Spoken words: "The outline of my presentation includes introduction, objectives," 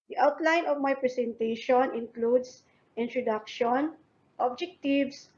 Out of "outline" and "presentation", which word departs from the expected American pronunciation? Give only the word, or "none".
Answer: presentation